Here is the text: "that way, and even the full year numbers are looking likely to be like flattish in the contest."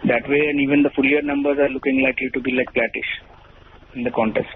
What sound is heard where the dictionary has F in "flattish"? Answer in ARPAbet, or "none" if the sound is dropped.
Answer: P